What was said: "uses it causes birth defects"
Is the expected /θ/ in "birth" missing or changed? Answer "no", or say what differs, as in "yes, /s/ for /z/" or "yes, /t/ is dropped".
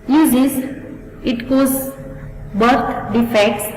yes, /t/ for /θ/